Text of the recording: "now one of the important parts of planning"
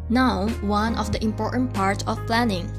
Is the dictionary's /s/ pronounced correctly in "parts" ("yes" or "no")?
no